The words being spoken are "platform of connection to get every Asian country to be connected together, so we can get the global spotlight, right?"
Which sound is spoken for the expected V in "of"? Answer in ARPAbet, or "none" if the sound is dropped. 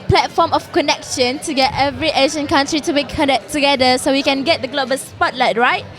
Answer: F